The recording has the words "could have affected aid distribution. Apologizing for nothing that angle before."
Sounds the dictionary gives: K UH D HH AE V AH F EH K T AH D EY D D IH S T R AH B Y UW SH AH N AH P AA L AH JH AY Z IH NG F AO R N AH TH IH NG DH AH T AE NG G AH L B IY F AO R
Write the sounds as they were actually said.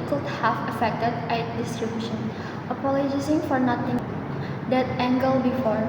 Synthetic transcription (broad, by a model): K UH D HH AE F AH F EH K T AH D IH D D IH S T R AH B Y UW SH AH N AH P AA L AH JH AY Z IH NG F AO R N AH T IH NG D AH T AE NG G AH L B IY F AO R